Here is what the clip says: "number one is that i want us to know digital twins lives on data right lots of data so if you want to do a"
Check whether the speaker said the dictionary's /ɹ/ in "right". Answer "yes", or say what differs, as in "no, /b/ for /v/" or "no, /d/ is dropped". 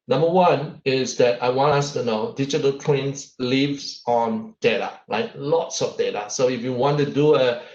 no, /l/ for /ɹ/